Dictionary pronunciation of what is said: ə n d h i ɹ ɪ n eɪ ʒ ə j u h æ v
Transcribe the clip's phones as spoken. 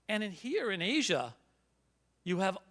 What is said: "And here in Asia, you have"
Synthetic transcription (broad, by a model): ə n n h i ɹ ɪ n eɪ ʒ ə j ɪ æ v